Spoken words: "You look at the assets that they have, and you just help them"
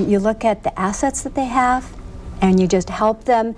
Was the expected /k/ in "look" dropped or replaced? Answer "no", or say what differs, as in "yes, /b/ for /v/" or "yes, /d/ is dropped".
no